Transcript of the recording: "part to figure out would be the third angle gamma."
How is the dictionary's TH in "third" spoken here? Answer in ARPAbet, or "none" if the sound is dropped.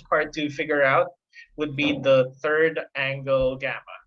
TH